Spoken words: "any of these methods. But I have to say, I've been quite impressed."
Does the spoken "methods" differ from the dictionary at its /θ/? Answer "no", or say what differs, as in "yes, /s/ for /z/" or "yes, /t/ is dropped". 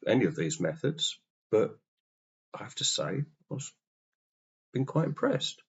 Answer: no